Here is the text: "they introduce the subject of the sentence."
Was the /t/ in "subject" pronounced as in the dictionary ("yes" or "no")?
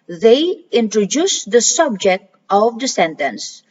yes